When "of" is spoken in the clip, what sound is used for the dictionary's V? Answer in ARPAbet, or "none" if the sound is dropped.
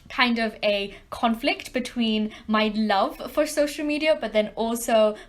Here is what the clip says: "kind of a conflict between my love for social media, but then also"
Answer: V